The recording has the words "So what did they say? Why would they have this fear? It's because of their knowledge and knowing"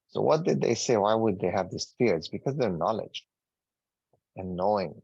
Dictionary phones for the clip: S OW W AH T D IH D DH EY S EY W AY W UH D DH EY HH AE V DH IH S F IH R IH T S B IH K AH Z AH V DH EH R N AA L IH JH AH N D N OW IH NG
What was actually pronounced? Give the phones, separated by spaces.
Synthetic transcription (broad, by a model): S OW W AH T D IH D DH EY S EY W AY W UH D DH EY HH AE V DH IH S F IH R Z B IH K AH Z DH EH R N AA L IH JH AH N N OW IH NG